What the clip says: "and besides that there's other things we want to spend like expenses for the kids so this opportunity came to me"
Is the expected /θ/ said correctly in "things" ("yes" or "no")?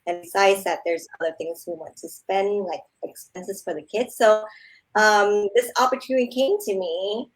yes